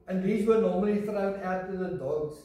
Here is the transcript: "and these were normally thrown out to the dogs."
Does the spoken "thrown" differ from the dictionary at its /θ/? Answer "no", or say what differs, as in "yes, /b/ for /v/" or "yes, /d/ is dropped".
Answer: yes, /f/ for /θ/